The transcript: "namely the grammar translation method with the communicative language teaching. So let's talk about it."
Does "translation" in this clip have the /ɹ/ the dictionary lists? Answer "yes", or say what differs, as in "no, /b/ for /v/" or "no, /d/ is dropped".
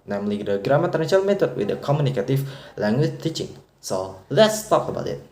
no, /ɹ/ is dropped